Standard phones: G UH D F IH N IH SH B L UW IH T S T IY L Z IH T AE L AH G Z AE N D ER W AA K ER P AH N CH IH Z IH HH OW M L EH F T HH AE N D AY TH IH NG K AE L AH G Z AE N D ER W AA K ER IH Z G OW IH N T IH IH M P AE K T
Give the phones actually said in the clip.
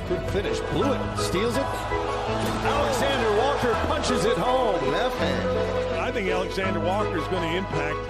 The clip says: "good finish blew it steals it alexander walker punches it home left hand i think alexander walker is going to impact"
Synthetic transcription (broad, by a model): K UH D F IH N IH SH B L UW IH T S T IY L Z IH T AE L AH G Z AE N D ER W AA K ER P AH N CH IH Z IH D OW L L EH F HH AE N AY TH IH NG K AE L AH G Z AE N D ER W AA K ER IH Z G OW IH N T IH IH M P AE K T